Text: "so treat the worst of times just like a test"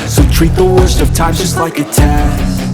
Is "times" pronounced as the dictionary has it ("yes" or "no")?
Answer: no